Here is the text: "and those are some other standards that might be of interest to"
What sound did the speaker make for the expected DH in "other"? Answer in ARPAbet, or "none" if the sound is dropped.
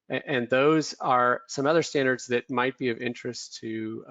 DH